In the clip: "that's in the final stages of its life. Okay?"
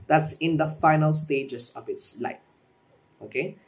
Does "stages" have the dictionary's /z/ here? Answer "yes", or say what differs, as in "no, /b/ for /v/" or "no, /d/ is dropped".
no, /s/ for /z/